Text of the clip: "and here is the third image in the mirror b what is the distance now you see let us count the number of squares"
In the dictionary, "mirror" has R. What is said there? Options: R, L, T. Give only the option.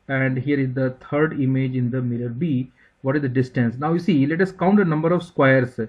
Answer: L